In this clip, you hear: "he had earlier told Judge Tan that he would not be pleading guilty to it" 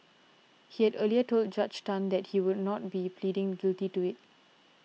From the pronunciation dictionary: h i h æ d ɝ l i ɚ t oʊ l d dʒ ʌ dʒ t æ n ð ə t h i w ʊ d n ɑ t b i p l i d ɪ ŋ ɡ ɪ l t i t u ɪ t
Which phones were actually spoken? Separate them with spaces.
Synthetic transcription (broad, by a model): h i h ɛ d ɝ l i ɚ t oʊ l d dʒ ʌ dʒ t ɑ n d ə t h i w ʊ d n ɑ t b i p l i d ɪ ŋ ɡ ɪ l t i t u ɪ t